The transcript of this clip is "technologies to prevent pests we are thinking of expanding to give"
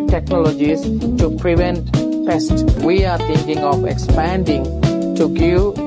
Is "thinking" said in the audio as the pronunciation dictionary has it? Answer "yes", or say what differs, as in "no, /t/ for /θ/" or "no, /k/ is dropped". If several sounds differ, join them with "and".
no, /t/ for /θ/